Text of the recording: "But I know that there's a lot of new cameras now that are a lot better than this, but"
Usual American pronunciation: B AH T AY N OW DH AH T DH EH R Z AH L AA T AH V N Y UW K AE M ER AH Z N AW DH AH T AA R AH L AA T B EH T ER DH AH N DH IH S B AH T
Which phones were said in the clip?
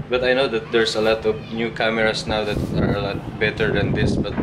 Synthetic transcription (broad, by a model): B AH T AY N OW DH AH T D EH R S AH L AA T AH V N Y UW K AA M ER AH S N AW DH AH T AA R AH L AA T B EH T ER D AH N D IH S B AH T